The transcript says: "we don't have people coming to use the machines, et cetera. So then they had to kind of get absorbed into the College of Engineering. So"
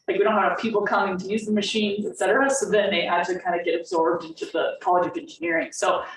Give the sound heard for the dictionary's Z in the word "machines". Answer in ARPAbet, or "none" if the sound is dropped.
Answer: Z